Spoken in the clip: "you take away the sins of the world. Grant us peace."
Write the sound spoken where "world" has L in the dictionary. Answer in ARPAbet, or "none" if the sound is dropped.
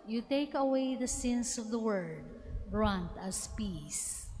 none